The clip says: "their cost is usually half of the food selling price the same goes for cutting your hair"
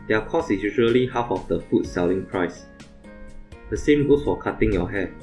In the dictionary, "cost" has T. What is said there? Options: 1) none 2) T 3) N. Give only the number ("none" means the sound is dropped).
1